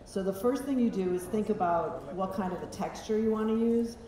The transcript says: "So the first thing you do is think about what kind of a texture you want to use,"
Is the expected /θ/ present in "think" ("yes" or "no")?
yes